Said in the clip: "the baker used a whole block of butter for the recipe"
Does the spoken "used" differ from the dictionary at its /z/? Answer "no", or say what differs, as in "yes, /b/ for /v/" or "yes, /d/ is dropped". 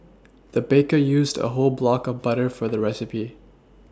no